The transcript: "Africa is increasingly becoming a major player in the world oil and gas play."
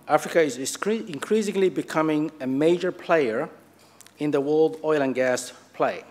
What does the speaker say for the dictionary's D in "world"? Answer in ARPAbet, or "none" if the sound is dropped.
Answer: D